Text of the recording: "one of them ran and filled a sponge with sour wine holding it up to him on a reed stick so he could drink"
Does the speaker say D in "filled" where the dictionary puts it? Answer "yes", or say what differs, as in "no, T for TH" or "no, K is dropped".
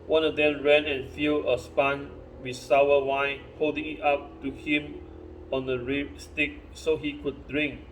no, D is dropped